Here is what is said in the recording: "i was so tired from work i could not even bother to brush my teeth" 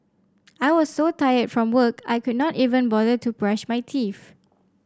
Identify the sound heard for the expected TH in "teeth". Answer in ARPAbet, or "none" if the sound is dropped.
F